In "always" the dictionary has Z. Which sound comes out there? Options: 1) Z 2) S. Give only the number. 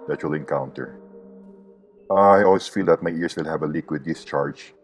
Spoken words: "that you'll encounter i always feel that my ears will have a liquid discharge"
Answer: 2